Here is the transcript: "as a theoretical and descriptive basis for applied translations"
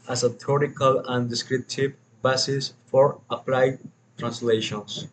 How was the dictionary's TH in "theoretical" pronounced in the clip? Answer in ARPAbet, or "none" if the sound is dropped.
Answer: T